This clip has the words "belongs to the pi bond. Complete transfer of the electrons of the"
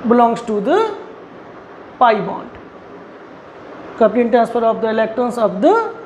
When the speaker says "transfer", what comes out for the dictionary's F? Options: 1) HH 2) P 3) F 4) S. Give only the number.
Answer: 2